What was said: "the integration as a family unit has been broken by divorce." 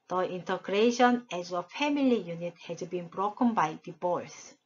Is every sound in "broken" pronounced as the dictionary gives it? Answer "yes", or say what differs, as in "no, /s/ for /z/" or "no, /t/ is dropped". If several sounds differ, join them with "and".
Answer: yes